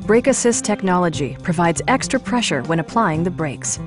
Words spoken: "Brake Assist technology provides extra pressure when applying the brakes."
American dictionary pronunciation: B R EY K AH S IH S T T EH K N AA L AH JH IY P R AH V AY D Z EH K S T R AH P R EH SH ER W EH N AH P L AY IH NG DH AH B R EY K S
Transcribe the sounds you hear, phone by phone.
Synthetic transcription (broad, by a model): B R EY K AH S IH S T T EH K N AA L AH JH IY P R AH V AY D Z EH K S T R AH P R EH SH ER W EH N AH P L AY IH NG DH AH B R EY K S